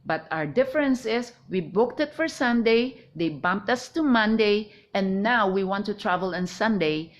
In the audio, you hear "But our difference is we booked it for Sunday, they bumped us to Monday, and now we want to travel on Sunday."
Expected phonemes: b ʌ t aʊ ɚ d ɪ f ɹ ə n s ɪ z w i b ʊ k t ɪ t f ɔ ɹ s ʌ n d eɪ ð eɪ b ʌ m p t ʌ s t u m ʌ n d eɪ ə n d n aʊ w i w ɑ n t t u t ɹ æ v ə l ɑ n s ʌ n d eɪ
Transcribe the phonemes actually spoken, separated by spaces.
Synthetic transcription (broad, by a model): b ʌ t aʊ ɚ d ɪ f ɹ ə n s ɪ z w i b ʊ k t ɪ t f ɔ ɹ s ʌ n d eɪ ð eɪ b ʌ m p t ʌ s t u m ʌ n d eɪ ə n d n aʊ w i w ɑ n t t u t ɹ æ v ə l ɑ n s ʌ n d eɪ